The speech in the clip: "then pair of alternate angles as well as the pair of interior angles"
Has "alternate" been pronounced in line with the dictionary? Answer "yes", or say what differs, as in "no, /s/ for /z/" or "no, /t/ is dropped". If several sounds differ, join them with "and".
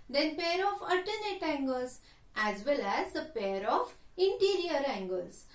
no, /l/ is dropped